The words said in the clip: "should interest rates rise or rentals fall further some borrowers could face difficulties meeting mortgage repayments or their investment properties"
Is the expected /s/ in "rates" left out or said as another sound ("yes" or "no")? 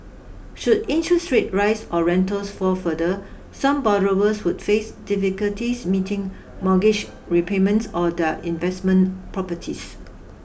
yes